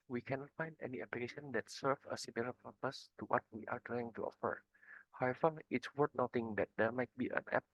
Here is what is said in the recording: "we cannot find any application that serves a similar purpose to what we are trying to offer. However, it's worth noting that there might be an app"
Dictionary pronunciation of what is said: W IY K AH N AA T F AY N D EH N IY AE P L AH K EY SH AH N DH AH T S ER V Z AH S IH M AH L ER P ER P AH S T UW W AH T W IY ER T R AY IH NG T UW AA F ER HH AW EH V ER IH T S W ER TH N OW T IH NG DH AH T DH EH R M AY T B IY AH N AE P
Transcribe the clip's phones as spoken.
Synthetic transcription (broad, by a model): W IY K AH N AA T F AY N D EH N IY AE P L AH K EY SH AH N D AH T S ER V AH S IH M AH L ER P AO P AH S T UW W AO T W IY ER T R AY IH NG T UW AA F ER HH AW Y F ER IH T S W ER T N OW T IH NG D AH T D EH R M AY T B IY AH N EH P